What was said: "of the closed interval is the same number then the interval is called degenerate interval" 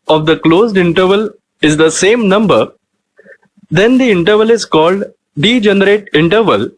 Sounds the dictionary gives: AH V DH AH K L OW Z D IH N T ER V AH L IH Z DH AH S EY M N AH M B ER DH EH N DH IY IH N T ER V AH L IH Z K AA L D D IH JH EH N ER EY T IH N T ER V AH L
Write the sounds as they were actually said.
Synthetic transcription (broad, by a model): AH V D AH K L OW Z D IH N T ER V AH L IH Z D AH S EY M N AH M B ER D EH N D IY IH N T ER V AH L IH Z K AA L D D IH JH EH N ER EY T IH N T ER V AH L